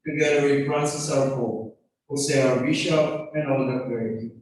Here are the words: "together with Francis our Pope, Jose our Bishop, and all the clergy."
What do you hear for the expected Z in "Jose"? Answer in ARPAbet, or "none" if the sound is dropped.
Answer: S